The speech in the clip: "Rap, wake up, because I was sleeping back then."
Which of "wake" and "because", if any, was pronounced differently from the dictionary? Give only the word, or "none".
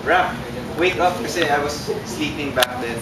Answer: because